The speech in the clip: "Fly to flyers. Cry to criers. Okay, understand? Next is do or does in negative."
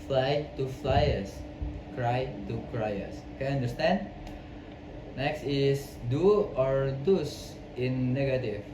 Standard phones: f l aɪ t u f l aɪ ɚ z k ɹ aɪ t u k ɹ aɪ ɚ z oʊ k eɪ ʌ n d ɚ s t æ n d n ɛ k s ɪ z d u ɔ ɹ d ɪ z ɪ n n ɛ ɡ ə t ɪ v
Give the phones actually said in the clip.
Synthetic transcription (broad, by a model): f l aɪ t u f l aɪ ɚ s k ɹ aɪ t u k ɹ aɪ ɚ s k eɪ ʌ n d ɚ s t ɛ n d n ɛ k s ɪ s d u ɔ ɹ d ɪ s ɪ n n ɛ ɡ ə t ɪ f